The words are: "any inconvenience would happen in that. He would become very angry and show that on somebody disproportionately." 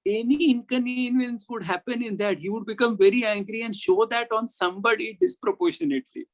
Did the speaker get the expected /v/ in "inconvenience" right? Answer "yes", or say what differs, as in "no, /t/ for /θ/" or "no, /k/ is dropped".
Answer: no, /v/ is dropped